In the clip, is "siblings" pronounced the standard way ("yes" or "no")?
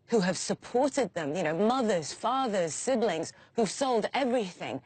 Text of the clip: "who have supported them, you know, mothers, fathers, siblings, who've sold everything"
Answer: yes